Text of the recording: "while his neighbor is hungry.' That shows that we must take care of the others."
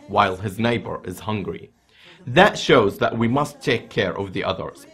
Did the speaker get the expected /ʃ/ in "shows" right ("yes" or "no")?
yes